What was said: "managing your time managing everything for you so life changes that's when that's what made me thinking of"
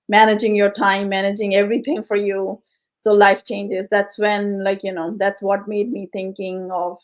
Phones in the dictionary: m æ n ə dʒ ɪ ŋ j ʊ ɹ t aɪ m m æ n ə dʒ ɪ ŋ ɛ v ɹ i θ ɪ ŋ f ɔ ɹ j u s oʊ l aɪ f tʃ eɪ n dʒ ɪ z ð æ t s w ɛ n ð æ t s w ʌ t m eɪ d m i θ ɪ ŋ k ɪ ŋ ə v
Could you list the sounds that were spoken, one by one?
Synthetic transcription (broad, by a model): m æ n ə dʒ ɪ ŋ j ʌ ɹ t aɪ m m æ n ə dʒ ɪ ŋ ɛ v ɹ i t ɪ ŋ f ɔ ɹ j u s oʊ l aɪ f tʃ eɪ n dʒ ɪ z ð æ t s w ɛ n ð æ t s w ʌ t m eɪ d m i t ɪ ŋ k ɪ ŋ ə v